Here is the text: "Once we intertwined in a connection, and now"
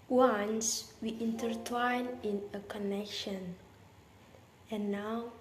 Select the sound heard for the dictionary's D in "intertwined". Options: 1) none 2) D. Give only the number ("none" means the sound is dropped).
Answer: 1